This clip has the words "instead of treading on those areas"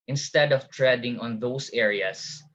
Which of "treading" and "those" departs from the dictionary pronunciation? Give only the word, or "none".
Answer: those